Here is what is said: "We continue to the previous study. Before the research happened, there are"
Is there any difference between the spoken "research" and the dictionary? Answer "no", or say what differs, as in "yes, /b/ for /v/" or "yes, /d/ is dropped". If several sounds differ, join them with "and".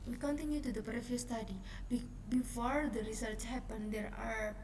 no